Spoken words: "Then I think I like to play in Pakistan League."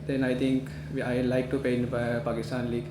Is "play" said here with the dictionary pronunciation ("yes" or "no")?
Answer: no